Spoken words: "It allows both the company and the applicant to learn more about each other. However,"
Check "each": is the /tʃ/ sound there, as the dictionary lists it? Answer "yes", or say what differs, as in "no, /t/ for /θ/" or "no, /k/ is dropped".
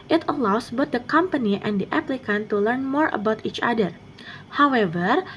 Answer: yes